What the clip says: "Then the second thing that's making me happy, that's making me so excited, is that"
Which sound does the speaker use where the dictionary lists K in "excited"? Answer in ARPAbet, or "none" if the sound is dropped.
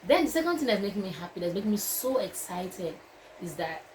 K